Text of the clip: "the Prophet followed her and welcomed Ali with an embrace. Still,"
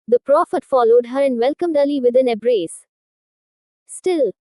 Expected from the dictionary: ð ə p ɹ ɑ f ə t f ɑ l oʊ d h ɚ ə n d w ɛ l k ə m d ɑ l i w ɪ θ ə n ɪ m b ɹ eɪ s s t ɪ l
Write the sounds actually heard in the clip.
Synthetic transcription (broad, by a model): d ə p ɹ ɑ f ə t f ɑ l oʊ d h ɚ ə n d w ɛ l k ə m d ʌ l i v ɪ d ə n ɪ b ɹ eɪ s s t ɪ l